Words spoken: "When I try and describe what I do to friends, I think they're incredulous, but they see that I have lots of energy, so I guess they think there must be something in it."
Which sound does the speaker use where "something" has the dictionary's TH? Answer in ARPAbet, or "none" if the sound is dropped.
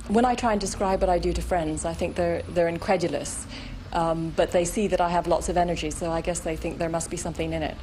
TH